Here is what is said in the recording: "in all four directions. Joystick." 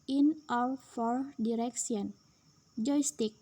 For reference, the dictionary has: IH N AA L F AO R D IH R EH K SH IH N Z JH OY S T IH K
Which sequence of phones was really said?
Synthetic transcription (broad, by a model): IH N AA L F AO R D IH R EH K S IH N JH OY S T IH K